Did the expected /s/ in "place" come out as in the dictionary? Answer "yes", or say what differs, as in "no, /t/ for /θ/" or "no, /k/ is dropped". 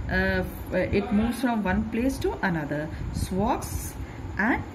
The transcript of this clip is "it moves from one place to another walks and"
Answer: yes